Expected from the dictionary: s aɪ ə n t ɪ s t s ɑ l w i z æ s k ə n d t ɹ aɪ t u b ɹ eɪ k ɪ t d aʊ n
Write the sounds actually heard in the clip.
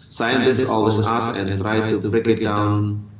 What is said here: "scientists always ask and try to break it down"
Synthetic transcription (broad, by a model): s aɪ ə n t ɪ s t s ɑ l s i ɑ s ə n t ɹ aɪ t u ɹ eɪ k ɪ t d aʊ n